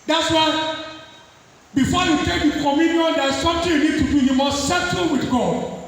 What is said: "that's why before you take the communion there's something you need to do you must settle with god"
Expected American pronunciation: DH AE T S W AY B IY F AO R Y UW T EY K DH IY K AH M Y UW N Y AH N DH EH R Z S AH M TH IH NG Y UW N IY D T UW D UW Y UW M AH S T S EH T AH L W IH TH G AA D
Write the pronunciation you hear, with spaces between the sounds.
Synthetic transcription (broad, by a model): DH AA T S W AY B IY F AO Y UW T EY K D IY K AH M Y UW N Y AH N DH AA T S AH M T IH Y UW N IY D T UW D UW Y UW M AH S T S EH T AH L W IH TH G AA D